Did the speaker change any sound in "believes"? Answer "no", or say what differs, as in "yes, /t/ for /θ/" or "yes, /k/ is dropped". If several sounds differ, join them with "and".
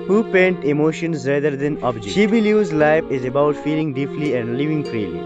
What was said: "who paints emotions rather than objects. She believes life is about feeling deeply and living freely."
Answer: yes, /v/ is dropped